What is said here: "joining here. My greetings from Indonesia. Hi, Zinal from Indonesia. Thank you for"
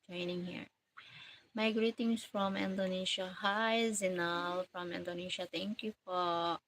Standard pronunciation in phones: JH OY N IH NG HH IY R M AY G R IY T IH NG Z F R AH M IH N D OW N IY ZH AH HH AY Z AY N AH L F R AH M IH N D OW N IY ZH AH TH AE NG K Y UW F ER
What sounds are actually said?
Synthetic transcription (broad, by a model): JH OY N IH NG HH IY R M AY G R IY T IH NG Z F R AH M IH N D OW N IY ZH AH HH AY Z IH N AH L F R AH M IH N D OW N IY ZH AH T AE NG K Y UW F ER